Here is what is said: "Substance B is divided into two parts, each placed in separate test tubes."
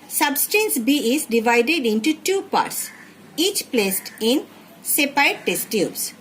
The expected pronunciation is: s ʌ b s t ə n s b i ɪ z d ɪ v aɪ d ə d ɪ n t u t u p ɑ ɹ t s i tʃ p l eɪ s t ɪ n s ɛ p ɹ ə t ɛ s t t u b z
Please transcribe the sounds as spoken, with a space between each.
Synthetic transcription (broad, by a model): s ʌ b s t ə n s b i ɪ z d ɪ v aɪ d ə d ɪ n t u t u p ɑ ɹ t s i tʃ p l eɪ s t ɪ n s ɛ p ɹ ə t ɛ s t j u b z